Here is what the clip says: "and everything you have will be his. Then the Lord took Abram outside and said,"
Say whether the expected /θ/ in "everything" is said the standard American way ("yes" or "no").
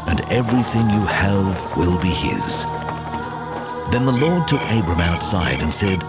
yes